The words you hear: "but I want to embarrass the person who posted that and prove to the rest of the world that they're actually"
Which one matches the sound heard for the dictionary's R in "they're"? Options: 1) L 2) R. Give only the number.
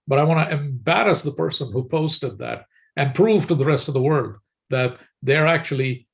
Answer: 2